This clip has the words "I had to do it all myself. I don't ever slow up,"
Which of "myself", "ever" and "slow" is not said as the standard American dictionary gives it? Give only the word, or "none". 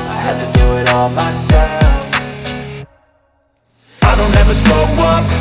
slow